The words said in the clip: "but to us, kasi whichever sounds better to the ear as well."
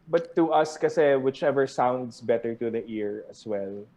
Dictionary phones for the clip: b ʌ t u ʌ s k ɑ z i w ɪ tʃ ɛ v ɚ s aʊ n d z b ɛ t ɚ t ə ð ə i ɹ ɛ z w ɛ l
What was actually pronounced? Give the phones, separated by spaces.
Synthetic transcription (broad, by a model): b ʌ t u ʌ s k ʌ s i w ɪ tʃ ɛ v ɚ s aʊ n d s b ɛ t ɚ t ə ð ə i ɹ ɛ s w ɛ l